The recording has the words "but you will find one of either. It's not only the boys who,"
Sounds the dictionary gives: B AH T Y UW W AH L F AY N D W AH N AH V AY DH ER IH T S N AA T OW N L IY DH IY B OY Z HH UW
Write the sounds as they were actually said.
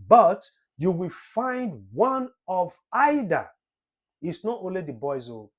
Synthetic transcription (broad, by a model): B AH T Y UW W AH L F AY N D W AH N AH V AY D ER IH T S N AA T OW N L IY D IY B OY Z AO